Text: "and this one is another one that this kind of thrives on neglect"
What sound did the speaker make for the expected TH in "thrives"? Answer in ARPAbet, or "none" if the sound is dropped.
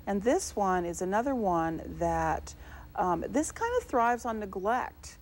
TH